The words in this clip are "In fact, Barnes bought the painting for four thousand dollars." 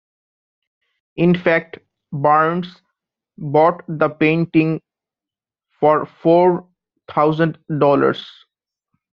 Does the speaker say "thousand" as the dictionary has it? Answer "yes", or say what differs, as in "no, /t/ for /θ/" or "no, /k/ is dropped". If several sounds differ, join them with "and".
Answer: no, /t/ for /θ/